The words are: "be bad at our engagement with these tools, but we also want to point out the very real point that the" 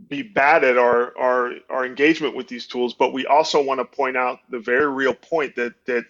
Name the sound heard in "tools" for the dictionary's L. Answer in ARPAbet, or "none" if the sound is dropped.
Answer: L